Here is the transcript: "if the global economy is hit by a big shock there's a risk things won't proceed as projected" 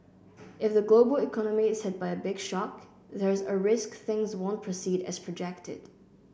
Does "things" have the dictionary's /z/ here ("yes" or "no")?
yes